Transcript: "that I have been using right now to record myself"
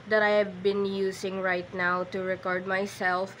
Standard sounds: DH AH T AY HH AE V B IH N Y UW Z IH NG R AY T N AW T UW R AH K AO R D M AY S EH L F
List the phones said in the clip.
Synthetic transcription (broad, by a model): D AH T AY HH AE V B IH N Y UW S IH NG R AY T N AW T UW R AH K AO R D M AY S EH L F